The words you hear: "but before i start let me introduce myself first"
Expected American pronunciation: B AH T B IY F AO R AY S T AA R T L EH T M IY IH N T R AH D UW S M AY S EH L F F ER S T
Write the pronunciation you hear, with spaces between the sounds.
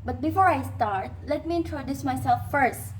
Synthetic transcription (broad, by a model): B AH T B IY F AO R AY S T AA R T L EH T M IY IH N T R AH D UW S M AY S EH L F F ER S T